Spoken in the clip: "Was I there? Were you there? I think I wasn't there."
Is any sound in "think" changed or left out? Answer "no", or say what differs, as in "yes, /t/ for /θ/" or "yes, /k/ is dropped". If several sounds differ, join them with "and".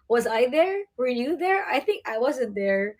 no